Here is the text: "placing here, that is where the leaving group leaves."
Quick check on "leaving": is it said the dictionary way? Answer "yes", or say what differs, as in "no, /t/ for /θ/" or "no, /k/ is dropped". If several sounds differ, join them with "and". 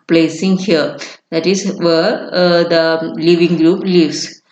yes